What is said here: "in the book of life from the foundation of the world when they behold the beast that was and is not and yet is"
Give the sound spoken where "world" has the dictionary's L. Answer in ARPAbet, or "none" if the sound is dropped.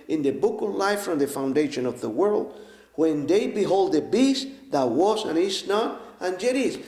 L